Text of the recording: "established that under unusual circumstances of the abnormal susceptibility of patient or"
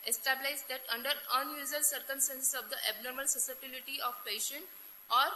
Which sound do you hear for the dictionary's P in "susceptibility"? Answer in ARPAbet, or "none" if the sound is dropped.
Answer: none